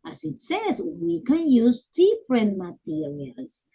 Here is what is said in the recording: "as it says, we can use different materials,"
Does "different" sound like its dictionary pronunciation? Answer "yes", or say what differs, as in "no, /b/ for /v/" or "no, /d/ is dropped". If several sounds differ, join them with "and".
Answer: no, /p/ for /f/